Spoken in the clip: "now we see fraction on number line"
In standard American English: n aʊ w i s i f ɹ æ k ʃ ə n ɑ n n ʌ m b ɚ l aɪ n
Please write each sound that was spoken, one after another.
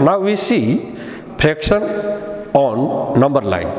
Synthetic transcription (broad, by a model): n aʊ w i s i p ɹ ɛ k s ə n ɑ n n ʌ m b ɚ l aɪ n